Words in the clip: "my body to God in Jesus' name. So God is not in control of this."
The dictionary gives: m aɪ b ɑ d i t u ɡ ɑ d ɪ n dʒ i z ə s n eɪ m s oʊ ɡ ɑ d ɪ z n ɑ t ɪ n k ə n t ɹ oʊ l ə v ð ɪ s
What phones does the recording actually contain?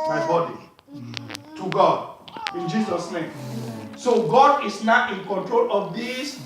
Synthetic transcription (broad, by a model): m aɪ b ɑ d i t u ɡ ɑ d ɪ n dʒ i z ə s n eɪ m s oʊ ɡ ɑ d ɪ s n ɑ t ɪ n k ə n t ɹ oʊ l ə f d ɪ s